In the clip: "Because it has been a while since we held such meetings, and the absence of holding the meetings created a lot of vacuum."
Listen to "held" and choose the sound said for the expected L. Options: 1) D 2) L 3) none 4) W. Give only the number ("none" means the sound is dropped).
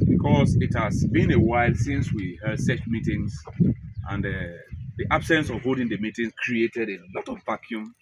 3